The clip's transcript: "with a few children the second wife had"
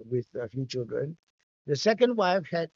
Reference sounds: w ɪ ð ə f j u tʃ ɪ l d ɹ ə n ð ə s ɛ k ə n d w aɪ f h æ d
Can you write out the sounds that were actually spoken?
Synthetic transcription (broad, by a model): w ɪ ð ə f j u tʃ ɪ l d ɹ ə n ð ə s ɛ k ə n d w aɪ f h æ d